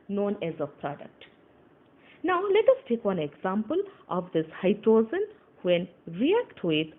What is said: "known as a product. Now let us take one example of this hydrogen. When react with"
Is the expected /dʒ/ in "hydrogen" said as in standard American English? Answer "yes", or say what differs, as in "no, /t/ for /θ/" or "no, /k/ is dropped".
no, /z/ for /dʒ/